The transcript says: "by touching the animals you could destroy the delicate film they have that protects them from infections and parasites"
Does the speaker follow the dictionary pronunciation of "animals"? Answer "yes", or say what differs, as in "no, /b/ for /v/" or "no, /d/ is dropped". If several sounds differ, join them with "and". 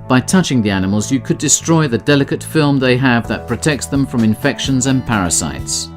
yes